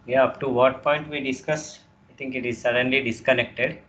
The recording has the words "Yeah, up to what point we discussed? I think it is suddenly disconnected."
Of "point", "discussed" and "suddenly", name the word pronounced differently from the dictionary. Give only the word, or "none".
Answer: discussed